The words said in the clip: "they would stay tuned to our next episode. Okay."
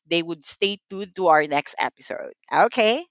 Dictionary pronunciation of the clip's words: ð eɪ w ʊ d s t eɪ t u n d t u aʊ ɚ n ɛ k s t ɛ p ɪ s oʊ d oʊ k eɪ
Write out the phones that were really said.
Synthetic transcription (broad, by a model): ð eɪ w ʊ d s t eɪ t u d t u aʊ ɚ n ɛ k s t ɛ p ɪ s oʊ d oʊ k eɪ